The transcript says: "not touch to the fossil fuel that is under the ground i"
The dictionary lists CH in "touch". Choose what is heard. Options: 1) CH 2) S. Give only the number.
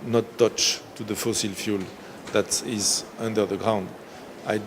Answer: 1